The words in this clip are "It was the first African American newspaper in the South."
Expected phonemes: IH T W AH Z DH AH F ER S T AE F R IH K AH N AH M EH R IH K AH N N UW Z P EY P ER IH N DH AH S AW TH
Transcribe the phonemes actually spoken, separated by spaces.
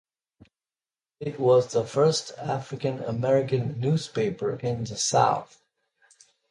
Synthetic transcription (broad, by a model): IH T W AH Z DH AH F ER S T AE F R IH K AH N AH M EH R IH K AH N N UW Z P EY P ER IH N DH AH S AW TH